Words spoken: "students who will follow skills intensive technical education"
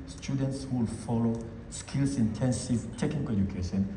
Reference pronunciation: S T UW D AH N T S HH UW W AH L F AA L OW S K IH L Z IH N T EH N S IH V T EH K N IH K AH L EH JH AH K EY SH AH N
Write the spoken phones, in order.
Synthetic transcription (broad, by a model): S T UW D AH N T S W AH L F AA L OW S K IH L S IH N T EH N S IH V T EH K N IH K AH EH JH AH K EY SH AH N